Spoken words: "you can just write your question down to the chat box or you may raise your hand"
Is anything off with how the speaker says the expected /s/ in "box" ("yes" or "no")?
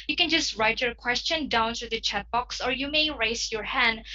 no